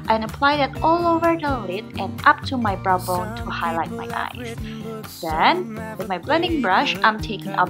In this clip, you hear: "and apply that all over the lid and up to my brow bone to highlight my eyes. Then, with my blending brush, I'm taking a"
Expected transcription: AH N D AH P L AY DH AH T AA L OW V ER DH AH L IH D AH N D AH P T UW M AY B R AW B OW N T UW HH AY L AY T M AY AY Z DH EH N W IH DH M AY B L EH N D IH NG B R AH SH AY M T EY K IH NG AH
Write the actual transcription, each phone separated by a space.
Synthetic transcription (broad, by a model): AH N AH P L AY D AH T AA L OW V ER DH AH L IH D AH N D AH P T UW M AY B R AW B OW N T UW HH AY L AY T M AY AY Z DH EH N W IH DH M AY B L EH N D IH NG B R AH SH AY M T EY K IH NG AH